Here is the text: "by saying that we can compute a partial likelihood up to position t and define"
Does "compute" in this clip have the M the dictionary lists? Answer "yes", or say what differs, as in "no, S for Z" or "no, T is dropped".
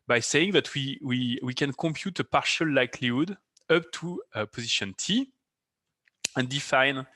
yes